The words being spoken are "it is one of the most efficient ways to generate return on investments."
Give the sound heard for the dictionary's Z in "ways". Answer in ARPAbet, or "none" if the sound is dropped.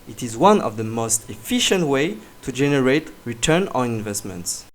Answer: none